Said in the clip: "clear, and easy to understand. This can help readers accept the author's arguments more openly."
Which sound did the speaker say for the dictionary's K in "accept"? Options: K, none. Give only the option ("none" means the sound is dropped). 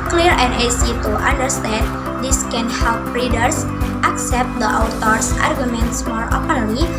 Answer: K